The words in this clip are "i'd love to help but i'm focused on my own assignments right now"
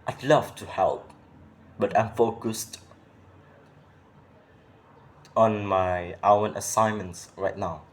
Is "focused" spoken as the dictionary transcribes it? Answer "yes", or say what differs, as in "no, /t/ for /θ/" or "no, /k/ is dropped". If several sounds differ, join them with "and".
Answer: yes